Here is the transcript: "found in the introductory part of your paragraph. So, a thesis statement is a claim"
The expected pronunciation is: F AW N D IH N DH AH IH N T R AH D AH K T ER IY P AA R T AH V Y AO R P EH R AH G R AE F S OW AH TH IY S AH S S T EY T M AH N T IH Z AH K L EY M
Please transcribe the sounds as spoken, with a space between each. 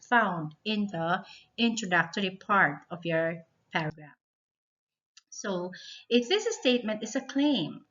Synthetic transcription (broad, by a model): F AW N D IH N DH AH IH N T R AH D AH K T ER IY P AA R T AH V Y AO R P EH R AH G R AE F S OW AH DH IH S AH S S T EY T M AH N T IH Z AH K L EY M